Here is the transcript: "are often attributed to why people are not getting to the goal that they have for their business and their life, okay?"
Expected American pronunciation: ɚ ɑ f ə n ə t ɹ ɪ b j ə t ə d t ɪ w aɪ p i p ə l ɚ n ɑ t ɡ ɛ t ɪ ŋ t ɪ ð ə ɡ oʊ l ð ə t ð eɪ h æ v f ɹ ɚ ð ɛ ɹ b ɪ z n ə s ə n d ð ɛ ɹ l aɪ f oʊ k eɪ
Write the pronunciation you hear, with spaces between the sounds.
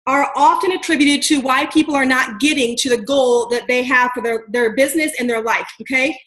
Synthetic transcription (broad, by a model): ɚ ɑ f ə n ə t ɹ ɪ b j ə t ə d t ɪ w aɪ p i p l ɚ n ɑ t ɡ ɛ t ɪ ŋ t ɪ ð ə ɡ oʊ l ð ə t ð eɪ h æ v f ɹ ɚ ð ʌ ɹ b ɪ z n ə s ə n ð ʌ ɹ l aɪ f oʊ k eɪ